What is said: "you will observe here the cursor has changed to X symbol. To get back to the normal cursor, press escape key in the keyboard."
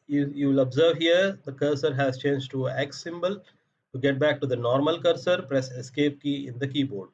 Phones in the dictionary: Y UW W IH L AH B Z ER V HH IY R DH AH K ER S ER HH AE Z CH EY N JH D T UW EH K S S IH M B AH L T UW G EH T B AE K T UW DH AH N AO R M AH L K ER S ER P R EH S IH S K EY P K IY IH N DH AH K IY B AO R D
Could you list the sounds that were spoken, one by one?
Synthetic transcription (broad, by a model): Y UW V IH L AH B Z ER V HH IY R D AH K ER S ER HH AE Z CH EY N JH T UW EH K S S IH M B AH L T UW G EH T B AE K T UW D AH N AO R M AH L K ER S ER P R EH S IH S K EY P K IY IH N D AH K IY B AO R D